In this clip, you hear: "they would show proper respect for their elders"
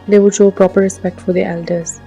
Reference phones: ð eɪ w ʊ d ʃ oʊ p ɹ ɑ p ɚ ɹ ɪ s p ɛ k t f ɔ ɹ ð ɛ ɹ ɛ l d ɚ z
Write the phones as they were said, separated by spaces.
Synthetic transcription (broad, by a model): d eɪ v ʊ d ʃ oʊ p ɹ ɑ p ɚ ɹ ɪ s p ɛ k t f ɔ ɹ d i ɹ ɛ l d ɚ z